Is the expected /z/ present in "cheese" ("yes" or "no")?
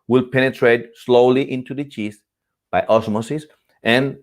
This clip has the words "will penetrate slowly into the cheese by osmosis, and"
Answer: no